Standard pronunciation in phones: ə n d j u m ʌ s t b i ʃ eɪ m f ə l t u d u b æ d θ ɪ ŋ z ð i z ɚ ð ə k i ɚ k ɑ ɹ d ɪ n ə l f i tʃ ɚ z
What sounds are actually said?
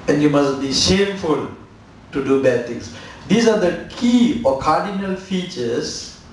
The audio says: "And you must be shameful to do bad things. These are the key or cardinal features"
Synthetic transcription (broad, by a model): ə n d j u m ʌ s t b i ʃ eɪ m f ə l t u d u b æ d t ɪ ŋ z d i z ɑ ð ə k i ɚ k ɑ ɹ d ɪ n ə l f i tʃ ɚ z